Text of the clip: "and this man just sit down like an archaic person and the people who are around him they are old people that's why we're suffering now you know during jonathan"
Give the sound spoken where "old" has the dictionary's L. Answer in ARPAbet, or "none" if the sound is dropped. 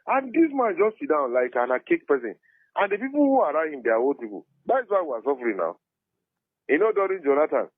none